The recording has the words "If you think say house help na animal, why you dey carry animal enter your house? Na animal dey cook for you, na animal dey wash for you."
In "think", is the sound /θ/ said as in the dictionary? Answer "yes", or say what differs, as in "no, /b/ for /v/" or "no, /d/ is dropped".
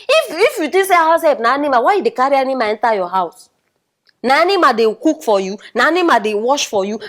no, /t/ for /θ/